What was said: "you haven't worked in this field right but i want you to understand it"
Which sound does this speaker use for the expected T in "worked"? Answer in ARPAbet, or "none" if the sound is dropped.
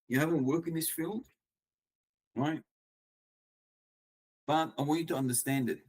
none